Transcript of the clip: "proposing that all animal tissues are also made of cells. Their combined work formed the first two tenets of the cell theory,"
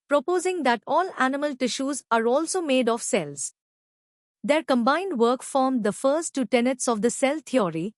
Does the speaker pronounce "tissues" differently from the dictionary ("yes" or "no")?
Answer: no